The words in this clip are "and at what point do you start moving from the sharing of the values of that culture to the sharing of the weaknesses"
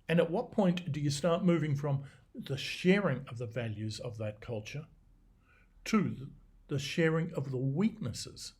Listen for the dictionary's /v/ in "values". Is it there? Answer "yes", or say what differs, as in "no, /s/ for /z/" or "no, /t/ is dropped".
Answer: yes